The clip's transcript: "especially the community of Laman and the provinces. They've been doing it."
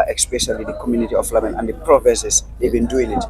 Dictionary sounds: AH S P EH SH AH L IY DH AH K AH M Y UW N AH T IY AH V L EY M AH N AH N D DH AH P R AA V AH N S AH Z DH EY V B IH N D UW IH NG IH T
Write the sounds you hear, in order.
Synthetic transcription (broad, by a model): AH S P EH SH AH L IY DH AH K AH M Y UW N AH T IY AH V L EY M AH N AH N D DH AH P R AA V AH S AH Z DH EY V B IH N D UW IH NG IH T